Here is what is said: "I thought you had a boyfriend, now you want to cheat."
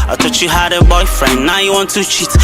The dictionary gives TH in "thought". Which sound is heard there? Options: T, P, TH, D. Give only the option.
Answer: T